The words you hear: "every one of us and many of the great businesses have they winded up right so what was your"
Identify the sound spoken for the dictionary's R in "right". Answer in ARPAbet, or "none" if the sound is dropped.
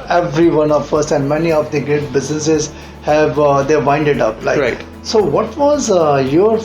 L